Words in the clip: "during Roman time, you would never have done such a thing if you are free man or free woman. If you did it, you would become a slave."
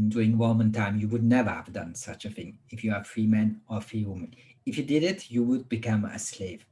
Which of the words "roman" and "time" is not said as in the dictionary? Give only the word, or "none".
roman